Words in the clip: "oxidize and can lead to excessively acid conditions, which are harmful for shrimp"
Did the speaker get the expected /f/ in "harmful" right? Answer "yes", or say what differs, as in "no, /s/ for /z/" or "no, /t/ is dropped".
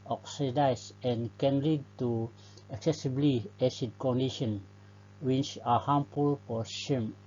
no, /p/ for /f/